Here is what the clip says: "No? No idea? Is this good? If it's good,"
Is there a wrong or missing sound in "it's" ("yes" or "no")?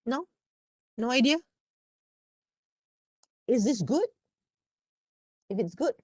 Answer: no